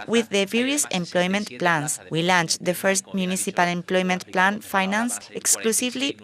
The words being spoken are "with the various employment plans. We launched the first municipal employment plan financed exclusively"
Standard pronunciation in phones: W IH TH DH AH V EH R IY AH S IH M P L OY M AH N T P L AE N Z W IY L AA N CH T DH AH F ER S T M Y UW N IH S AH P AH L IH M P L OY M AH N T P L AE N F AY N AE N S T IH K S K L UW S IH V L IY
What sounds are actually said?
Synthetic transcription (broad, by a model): W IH DH AH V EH R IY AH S IH M P L OY M AH N T P L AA N S W IY L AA N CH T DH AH F ER S T M Y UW N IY S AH P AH L IH M P L OY M AH N T P L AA N F AY N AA N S IH K S K L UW S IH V L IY